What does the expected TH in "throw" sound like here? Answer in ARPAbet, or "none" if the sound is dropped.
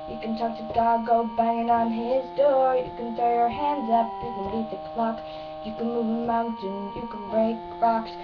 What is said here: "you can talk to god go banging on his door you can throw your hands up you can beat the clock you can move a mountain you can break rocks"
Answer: F